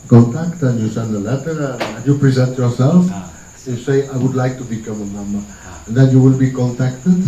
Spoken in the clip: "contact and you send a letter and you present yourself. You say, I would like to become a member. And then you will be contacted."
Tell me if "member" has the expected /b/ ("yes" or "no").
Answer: no